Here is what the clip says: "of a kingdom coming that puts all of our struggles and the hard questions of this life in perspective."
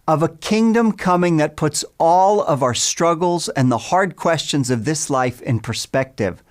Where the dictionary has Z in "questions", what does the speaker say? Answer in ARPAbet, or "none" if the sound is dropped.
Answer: Z